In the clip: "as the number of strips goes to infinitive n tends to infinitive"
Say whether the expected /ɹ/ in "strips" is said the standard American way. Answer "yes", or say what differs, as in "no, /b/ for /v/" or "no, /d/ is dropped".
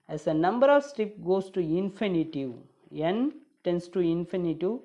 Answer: no, /ɹ/ is dropped